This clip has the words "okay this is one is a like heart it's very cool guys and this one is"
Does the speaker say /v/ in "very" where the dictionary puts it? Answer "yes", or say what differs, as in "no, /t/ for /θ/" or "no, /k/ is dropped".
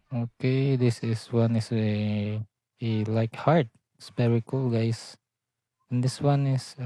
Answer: no, /p/ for /v/